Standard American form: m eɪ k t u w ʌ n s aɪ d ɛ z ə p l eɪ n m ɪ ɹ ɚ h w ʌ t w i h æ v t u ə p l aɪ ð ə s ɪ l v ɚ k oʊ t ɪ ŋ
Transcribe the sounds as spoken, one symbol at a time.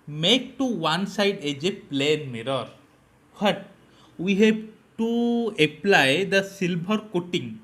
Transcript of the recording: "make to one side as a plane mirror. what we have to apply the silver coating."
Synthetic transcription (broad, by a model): m eɪ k t u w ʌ n s aɪ d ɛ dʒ ə p l eɪ n m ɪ ɹ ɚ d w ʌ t w i h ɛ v t u ə p l aɪ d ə s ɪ l b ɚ k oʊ t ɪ ŋ